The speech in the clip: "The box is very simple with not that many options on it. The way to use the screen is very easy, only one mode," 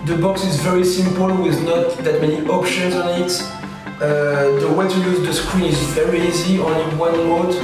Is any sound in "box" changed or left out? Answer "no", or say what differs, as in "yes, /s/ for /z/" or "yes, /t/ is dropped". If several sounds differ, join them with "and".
no